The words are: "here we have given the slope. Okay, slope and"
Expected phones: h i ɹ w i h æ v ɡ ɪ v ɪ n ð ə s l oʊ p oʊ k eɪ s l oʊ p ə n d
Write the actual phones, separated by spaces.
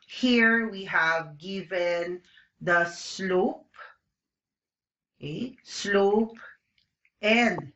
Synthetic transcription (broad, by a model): h i ɹ w i h æ v ɡ ɪ v ɪ n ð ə s l oʊ p oʊ k eɪ s l oʊ p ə n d